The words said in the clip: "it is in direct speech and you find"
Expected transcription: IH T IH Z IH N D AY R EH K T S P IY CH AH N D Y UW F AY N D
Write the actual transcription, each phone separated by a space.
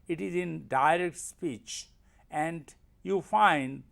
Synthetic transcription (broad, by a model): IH T IH Z IH N D AY R EH K T S P IY CH AH N D Y UW F AY N D